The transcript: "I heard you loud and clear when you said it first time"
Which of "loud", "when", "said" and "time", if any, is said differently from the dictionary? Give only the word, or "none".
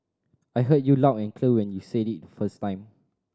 loud